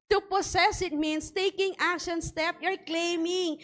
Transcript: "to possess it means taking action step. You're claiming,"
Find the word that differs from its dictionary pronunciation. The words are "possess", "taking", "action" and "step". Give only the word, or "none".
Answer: possess